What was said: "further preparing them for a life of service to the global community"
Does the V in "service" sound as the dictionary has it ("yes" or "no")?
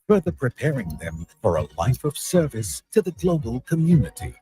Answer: yes